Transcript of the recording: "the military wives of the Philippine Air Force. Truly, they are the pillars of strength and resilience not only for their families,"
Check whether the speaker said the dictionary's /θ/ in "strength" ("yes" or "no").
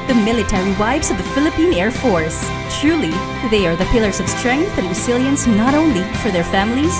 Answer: yes